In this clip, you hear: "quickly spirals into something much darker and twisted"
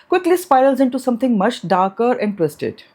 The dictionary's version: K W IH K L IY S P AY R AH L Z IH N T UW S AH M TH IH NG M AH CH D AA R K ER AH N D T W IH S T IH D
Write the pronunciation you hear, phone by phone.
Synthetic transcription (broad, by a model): K W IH K L IY S P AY AH L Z IH N T UW S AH M T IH NG M AH CH D AA R K ER AH N D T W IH S T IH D